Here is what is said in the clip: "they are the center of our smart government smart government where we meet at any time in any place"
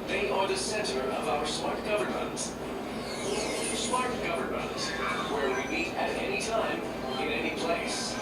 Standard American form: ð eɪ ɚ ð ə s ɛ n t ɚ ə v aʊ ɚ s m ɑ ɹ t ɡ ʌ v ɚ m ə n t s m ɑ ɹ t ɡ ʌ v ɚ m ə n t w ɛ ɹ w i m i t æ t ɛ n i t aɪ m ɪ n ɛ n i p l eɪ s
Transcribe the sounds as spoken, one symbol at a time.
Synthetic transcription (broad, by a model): ð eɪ ɚ ð ə s ɛ n t ɚ ə v aʊ ɚ s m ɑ ɹ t ɡ ʌ v ɚ m ə n t s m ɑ ɹ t ɡ ʌ v ɚ m ə n t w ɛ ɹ w i m i t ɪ t ɛ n i t aɪ m ɪ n ɛ n i p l eɪ s